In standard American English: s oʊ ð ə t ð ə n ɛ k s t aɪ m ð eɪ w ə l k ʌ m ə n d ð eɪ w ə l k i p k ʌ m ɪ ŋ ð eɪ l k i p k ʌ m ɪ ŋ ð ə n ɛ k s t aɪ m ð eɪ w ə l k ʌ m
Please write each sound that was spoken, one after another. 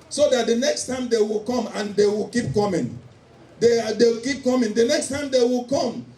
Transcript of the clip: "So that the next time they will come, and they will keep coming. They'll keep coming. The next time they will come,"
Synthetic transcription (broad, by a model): s oʊ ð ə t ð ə n ɛ k s t aɪ m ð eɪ w ə l k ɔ m ə n d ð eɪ w ə l k i p k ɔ m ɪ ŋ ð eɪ w k i p k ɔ m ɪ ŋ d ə n ɛ k s t aɪ m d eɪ w ə l k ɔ m